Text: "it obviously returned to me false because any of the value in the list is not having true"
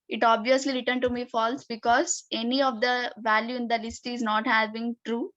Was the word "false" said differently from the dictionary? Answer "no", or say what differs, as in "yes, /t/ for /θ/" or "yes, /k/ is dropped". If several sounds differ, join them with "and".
no